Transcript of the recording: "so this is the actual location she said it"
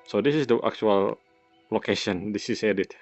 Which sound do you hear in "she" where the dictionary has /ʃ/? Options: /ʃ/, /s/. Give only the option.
/s/